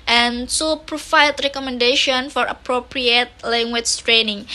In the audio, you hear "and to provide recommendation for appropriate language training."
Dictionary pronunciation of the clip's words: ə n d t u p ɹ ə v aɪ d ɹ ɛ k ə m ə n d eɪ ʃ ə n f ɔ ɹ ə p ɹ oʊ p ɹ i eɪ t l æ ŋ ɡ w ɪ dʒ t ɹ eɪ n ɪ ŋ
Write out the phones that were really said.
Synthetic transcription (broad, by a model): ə n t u p ɹ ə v aɪ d ɹ ɛ k ə m ə n d eɪ ʃ ə n f ɔ ɹ ə p ɹ oʊ p ɹ i eɪ t l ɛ ŋ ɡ w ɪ tʃ t ɹ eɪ n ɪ ŋ